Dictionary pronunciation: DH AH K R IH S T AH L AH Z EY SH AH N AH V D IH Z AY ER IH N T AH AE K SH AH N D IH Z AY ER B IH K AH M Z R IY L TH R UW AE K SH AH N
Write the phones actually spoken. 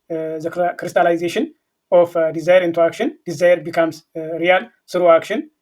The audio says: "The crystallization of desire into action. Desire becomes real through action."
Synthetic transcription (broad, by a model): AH K R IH S T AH L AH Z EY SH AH N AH F D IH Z AY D IH N T AH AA K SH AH N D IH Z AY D B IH K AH M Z R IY L S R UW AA K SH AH N